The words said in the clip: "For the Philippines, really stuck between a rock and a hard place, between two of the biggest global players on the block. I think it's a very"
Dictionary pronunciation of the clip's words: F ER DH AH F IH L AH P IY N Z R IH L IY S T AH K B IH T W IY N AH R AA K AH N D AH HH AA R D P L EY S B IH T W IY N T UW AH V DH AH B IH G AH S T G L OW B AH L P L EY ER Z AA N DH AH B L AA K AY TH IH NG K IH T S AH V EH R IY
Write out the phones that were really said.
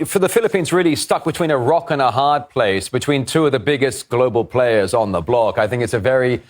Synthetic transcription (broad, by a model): F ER DH AH F IH L AH P IY N Z R IH L IY S T AH K B IH T W IY N AH R AA K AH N AH HH AA R D P L EY S B IH T W IY N T UW AH V DH AH B IH G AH S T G L OW B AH L P L EY ER Z N DH AH B L AA K AY TH IH NG K IH T S AH V EH R IY